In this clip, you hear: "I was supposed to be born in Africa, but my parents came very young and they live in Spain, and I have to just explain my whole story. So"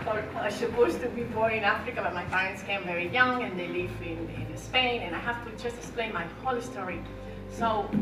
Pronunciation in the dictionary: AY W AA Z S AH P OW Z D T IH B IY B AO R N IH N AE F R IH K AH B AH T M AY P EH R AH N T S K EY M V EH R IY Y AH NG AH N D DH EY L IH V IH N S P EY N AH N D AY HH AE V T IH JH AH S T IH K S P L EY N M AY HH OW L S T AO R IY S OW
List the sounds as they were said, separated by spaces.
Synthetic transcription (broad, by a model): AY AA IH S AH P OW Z T IH B IY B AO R IH N AE F R IH K AH B AH T M AY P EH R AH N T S K EY M V EH R IY Y AH NG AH N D DH EY L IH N IH N S P EY N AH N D AY HH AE F T IH JH AH S T IH K S P L EY N M AY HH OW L S T AO R IY S OW